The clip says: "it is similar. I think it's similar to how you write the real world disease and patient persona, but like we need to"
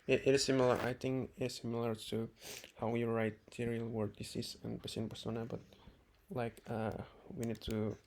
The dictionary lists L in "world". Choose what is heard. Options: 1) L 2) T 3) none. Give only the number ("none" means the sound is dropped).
3